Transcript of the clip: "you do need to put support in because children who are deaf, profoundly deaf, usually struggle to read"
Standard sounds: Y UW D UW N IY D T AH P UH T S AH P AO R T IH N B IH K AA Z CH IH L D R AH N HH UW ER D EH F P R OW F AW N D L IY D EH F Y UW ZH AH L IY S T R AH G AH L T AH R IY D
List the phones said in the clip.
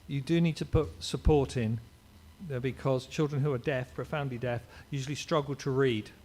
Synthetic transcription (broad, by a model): Y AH D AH N IY D T AH P UH T S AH P AO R T IH N B IH K AA Z CH IH L D R AH N HH UW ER D EH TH P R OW F AW N D L IY D EH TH Y UW ZH AH L IY S T R AH G AH L T AH R IY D